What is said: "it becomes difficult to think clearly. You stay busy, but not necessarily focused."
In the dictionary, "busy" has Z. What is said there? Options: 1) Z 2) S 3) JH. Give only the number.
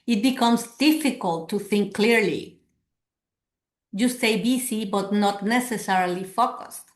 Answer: 2